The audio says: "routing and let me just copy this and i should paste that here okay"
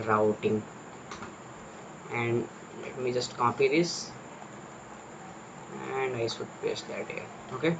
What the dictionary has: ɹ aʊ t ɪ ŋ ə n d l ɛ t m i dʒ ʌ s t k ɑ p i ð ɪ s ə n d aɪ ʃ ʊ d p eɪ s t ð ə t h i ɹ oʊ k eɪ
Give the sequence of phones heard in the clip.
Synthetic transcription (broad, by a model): ɹ aʊ t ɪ ŋ ə n d l ɛ t m i dʒ ʌ s t k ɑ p i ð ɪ s ə n d aɪ s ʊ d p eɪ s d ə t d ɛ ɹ oʊ k eɪ